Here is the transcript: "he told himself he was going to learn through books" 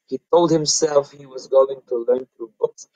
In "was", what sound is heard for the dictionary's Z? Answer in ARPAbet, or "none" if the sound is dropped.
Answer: Z